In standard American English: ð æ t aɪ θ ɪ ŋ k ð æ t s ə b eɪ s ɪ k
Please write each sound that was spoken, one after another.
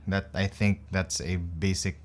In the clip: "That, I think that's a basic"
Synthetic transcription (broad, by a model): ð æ t aɪ θ ɪ ŋ k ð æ t s ə b eɪ s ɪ k